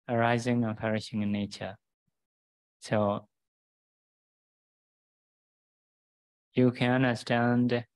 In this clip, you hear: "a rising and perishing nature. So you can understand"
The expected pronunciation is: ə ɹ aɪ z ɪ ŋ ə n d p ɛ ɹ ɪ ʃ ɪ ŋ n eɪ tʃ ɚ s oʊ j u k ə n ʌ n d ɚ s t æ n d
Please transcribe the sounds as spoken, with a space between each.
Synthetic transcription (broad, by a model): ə ɹ aɪ z ɪ ŋ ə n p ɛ ɹ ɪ ʃ ɪ ŋ n eɪ tʃ ɚ s oʊ j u k ə n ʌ n d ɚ s t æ n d